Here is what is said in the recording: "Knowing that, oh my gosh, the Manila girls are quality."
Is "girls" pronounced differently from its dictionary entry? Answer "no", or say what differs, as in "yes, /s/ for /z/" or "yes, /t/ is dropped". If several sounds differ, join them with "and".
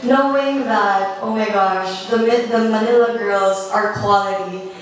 no